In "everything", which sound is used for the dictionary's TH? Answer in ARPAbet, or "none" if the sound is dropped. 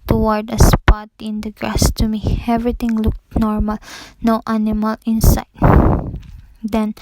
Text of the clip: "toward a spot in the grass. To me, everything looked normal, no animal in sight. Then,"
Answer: T